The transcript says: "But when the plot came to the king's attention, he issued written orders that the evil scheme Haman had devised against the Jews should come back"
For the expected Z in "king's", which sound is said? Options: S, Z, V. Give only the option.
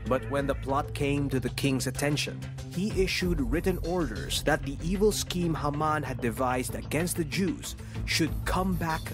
Z